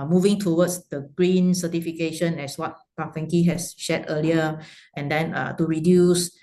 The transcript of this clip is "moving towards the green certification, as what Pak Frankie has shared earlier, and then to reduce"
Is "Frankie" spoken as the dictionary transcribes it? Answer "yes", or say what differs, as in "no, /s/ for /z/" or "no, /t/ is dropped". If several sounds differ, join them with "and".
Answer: no, /ɹ/ is dropped